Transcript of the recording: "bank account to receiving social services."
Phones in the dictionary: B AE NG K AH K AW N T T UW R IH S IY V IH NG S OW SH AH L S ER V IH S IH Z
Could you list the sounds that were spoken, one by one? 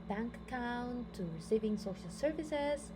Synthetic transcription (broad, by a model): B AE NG K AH UH N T T UW R IH S IY V IH NG S OW SH AH L S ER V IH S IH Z